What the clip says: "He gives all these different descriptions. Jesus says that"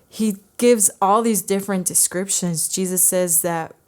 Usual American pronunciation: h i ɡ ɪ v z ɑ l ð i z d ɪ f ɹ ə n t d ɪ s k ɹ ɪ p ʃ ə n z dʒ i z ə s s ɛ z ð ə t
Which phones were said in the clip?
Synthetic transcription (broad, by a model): h i ɡ ɪ v z ɑ l ð i z d ɪ f ɹ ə n d ɪ s k ɹ ɪ p ʃ ə n z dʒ i z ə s s ɛ z ð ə t